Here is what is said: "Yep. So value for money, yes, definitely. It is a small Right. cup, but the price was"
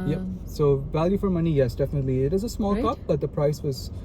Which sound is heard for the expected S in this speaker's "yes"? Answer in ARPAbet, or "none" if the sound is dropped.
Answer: S